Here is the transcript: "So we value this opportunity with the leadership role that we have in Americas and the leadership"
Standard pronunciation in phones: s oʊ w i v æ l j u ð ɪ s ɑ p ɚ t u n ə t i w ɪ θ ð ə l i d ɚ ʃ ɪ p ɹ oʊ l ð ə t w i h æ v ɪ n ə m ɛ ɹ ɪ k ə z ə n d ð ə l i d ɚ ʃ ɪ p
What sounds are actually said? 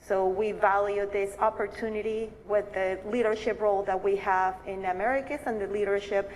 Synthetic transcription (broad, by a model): s oʊ w i v æ l j u ð ɪ s ɑ p ɚ t u n ə t i w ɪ ð ə l i d ɚ ʃ ɪ p ɹ oʊ l ð ə t w i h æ v ɪ n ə m ɛ ɹ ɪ k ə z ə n ð ə l i d ɚ ʃ ɪ p